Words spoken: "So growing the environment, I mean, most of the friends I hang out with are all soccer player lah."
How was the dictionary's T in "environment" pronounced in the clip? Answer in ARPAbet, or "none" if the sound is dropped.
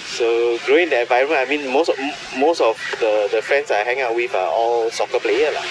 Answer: none